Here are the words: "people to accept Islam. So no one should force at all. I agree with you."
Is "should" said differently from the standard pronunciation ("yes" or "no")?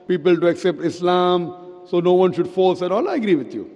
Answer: no